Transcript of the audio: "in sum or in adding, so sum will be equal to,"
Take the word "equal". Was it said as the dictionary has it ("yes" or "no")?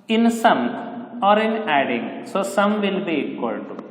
no